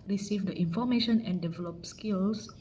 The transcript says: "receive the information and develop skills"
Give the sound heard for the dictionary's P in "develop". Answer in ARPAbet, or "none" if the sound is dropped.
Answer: P